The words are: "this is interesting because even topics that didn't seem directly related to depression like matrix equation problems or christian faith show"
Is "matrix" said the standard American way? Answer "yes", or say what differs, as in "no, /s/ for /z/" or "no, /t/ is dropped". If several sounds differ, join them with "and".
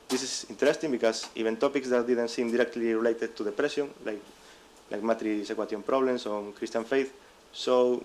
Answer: no, /k/ is dropped